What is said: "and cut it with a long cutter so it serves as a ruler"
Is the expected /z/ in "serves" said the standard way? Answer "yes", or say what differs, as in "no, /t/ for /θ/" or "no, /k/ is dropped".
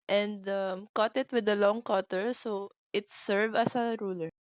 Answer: no, /z/ is dropped